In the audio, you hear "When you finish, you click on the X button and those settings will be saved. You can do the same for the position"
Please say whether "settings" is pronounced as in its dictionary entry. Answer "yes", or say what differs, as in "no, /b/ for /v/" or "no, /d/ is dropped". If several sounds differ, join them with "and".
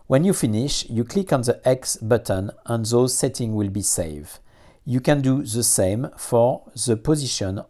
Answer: no, /z/ is dropped